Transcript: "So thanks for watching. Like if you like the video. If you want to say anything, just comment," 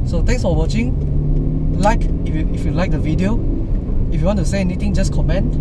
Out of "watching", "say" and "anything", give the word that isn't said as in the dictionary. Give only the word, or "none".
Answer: anything